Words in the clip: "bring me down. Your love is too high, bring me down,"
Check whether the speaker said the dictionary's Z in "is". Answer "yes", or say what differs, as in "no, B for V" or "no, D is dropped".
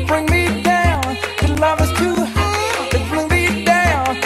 no, S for Z